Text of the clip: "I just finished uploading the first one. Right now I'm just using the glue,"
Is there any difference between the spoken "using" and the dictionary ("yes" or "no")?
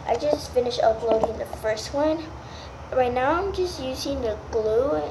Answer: no